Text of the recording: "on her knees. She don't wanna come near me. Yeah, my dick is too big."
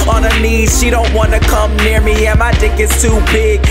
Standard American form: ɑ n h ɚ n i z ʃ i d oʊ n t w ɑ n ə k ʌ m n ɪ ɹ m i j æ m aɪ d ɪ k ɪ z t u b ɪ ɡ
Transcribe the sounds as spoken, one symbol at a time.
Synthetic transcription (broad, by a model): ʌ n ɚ n i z ʃ i d oʊ n t w ɑ n ə k ʌ m n ɪ ɹ m i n m aɪ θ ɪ k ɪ s t u b ɪ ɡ